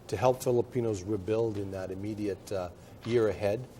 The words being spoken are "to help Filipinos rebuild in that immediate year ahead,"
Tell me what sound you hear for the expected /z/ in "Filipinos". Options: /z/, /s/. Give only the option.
/z/